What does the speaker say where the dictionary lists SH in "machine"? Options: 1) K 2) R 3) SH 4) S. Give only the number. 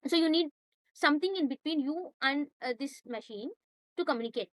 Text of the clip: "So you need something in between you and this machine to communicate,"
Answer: 3